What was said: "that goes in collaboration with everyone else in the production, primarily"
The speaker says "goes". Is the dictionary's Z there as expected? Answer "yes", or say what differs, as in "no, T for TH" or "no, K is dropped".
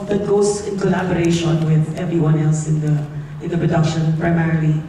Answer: no, S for Z